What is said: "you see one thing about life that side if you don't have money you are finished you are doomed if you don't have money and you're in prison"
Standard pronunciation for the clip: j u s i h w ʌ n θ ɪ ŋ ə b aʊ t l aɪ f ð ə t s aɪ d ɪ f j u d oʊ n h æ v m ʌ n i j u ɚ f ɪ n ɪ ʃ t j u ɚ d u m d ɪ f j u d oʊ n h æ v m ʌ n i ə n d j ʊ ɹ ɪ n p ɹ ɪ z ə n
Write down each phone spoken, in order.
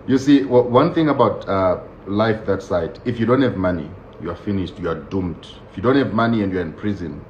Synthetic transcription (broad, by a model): j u s i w w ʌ n θ ɪ ŋ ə b aʊ t l aɪ f ð ə t s aɪ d ɪ f j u d oʊ n h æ v m ʌ n i j u ɚ f ɪ n ɪ ʃ t j u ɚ d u m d ɪ f j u d oʊ n h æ v m ʌ n i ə n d j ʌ ɹ ɪ n p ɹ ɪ z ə n